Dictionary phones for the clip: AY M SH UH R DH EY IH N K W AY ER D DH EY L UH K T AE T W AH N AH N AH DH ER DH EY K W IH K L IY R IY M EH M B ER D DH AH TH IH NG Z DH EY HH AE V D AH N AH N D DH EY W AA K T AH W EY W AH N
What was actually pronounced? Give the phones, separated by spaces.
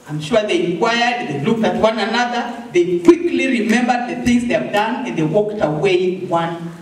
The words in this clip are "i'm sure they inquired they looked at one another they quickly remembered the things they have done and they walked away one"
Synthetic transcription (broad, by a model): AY M SH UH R DH EY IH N K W AY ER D DH EY L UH K T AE T W AH N AH N AH DH ER DH EY K W IH K L IY R IY M EH M B ER D DH AH TH IH NG Z DH EY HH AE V D AH N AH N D DH EY W AA K T AH W EY W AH N